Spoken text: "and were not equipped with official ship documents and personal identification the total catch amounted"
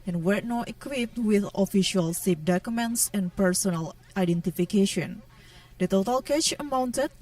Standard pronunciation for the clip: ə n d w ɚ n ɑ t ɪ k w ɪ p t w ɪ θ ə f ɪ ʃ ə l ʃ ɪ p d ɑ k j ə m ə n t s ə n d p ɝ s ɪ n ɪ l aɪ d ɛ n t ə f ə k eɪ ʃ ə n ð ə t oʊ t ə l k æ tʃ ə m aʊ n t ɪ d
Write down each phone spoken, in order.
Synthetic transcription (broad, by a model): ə n w ɚ n ɑ t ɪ k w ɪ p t w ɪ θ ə f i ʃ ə l s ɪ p d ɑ k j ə m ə n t s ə n p ɝ s ɪ n ɪ l aɪ d ɛ n t ə f ə k eɪ ʃ ə n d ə t oʊ t ə l k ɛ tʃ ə m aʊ n t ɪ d